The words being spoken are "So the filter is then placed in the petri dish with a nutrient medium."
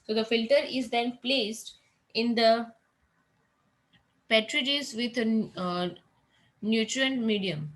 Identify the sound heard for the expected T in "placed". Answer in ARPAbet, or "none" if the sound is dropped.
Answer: T